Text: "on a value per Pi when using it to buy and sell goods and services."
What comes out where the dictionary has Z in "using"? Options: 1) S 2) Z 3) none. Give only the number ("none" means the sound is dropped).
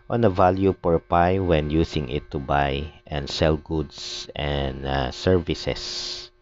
1